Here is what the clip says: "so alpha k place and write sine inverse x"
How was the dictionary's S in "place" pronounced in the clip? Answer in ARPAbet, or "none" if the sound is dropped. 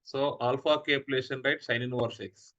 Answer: SH